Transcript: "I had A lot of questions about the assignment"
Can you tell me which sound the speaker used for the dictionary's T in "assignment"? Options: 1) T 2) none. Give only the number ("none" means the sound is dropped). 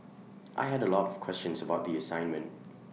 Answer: 1